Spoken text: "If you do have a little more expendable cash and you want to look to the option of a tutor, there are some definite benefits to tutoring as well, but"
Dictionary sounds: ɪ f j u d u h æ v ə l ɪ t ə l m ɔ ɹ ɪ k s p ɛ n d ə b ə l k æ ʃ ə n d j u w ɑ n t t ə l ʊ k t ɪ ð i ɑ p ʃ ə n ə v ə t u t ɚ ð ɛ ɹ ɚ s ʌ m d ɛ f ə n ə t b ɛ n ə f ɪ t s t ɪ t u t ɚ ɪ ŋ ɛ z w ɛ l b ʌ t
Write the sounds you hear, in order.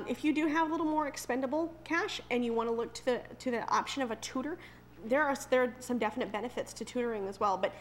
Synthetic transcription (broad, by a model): ɪ f j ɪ d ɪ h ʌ v ə l ɪ t l m ɔ ɹ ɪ k s p ɛ n d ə b l k æ ʃ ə n j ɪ w ɑ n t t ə l ʊ k t ɪ ð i ɑ p ʃ ə n ə v ə t u t ɚ ð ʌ ɹ ɚ s ʌ m d ɛ f ə n ə t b ɛ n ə f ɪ t s t ɪ t u t ɚ ɪ ŋ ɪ z w ɛ l b ʌ t